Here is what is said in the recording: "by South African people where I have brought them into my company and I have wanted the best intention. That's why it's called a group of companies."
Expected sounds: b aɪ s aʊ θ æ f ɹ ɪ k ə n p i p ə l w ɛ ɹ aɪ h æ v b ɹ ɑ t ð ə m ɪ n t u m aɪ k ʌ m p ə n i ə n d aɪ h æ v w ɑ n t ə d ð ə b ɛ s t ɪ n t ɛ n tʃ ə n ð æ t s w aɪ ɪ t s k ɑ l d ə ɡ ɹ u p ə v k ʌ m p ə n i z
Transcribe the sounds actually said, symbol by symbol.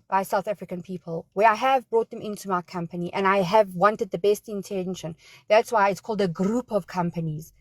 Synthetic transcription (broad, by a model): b aɪ s aʊ θ æ f ɹ ɪ k ə n p i p ə l w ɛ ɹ aɪ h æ v b ɹ ɑ t ð ə m ɪ n t u m aɪ k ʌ m p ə n i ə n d aɪ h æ v w ɑ n t ə d ð ə b ɛ s t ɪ n t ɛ n ʃ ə n ð æ t s w aɪ ɪ t s k ɑ l d ə ɡ ɹ u p ə v k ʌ m p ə n i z